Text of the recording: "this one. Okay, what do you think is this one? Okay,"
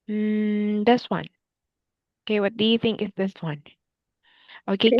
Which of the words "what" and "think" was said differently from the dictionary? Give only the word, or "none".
none